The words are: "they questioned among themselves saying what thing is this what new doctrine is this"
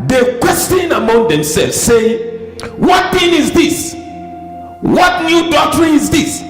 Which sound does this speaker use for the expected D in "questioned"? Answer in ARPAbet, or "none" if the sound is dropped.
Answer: none